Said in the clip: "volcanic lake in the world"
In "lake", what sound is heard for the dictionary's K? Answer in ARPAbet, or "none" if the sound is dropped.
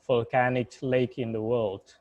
K